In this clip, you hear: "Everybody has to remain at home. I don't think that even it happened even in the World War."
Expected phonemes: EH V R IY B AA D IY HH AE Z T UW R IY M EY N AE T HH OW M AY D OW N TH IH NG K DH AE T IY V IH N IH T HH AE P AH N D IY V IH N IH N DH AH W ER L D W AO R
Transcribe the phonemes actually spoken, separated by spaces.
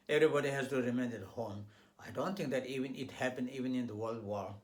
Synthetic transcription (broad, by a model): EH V R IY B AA D IY HH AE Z T UW R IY M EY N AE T HH OW M AY D OW N T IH NG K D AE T IY V IH N IH T HH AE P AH N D IY V IH N IH N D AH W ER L D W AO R